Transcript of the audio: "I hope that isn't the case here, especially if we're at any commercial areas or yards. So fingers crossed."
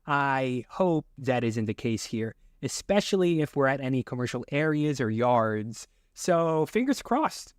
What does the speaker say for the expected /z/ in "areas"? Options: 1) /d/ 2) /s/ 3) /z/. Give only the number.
3